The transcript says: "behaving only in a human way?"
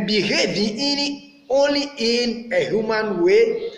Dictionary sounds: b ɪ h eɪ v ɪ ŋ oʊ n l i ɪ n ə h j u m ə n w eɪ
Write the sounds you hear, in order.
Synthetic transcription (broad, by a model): b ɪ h eɪ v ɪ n oʊ n l i ɪ n ə h j u m ə n w eɪ